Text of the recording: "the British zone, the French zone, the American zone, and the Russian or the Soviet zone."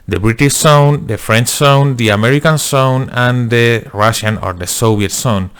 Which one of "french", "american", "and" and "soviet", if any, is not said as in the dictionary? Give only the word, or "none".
soviet